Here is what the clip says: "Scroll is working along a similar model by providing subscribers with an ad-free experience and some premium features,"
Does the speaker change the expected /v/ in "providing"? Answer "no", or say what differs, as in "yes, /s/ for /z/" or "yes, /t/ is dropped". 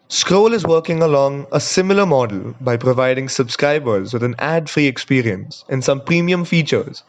no